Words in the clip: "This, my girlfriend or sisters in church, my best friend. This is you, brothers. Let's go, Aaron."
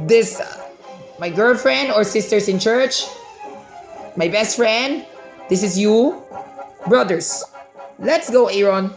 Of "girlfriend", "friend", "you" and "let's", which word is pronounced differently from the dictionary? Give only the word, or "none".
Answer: none